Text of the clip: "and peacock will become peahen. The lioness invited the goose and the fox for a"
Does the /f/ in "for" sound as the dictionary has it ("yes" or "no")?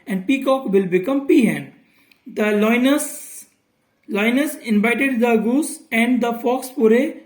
no